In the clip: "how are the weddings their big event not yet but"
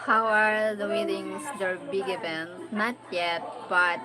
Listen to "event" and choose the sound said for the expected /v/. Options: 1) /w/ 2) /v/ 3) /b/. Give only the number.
3